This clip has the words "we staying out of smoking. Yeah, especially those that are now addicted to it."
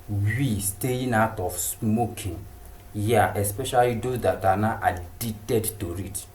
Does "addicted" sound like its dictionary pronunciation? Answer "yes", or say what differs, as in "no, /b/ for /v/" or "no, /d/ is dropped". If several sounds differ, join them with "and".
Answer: no, /k/ is dropped